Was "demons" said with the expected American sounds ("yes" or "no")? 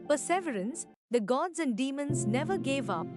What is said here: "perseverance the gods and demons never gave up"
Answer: yes